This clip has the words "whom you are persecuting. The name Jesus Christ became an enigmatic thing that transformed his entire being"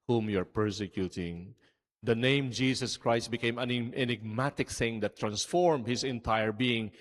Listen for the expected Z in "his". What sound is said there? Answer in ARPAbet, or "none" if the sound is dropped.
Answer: S